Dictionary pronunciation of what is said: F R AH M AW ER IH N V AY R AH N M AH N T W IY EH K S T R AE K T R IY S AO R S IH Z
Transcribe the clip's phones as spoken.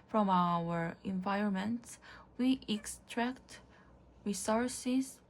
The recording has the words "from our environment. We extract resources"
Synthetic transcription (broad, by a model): F R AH M AW ER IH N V AY R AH N M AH N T W IY EH K S T R AE K T R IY S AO R S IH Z